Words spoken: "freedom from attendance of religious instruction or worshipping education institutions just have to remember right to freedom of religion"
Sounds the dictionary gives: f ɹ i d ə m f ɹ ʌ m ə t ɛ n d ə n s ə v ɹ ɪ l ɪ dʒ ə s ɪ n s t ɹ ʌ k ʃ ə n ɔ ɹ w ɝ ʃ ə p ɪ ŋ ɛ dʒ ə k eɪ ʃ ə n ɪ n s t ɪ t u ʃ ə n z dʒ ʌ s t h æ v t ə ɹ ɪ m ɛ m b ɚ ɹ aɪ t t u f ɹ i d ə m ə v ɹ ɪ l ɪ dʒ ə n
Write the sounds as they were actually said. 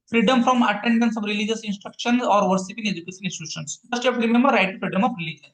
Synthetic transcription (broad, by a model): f ɹ i d ə m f ɹ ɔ m ə t ɛ n d ə n s ə v ɹ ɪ l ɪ dʒ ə s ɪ n s t ɹ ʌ k ʃ ə n ɔ ɹ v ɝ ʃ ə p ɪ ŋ ɛ dʒ ə k eɪ ʃ ə n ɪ n s t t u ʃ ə n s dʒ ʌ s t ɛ p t ɹ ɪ m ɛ m b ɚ ɹ aɪ t t u f ɹ i d ə m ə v ɹ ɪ l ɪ dʒ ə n